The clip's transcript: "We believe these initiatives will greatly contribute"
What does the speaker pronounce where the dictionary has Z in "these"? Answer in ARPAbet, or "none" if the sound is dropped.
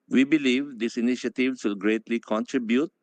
S